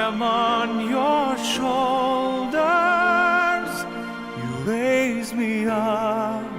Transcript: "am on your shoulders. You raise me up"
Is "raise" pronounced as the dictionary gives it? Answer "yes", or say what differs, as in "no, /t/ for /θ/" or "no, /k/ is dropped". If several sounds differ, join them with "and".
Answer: no, /l/ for /ɹ/